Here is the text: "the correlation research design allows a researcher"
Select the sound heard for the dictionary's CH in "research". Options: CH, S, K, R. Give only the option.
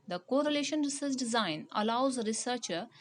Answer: S